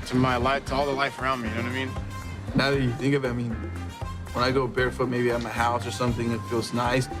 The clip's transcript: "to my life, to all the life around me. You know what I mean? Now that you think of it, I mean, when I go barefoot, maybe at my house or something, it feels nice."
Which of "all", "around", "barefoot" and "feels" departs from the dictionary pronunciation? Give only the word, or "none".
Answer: none